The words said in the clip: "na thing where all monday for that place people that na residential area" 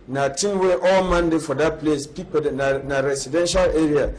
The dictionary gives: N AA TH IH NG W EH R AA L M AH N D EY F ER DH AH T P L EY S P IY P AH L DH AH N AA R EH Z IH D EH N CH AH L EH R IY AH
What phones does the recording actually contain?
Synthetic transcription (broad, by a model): N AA T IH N W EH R AA L M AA N D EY F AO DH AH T P L EY S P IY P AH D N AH N AA R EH S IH D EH N SH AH L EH R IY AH